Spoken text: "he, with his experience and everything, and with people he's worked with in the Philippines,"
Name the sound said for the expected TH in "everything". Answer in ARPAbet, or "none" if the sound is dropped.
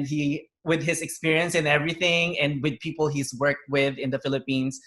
TH